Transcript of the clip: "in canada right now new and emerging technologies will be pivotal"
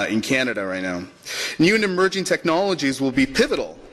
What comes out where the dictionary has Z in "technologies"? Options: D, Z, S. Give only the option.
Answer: Z